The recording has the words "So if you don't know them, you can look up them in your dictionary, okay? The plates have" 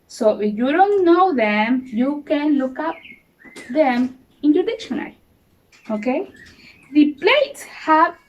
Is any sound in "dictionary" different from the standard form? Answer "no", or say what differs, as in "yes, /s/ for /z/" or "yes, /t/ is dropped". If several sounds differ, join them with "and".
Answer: yes, /l/ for /ɹ/